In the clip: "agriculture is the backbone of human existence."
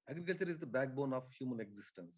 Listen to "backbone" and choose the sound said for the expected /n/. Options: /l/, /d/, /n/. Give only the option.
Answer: /n/